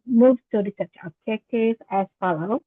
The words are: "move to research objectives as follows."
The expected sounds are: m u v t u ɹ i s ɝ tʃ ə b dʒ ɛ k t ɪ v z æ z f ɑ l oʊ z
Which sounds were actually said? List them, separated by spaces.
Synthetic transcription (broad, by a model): m u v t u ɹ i s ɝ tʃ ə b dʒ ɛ k t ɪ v æ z f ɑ l oʊ